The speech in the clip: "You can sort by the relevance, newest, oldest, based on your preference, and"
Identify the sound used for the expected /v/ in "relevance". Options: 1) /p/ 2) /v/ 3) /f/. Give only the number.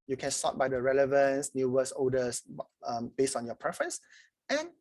2